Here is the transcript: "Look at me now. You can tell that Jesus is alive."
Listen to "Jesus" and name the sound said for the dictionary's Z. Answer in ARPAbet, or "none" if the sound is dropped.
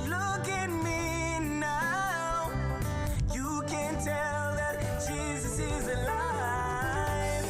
Z